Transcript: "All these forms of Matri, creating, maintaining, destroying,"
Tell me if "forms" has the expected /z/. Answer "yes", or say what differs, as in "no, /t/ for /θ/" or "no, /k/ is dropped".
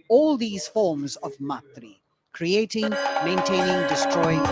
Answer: yes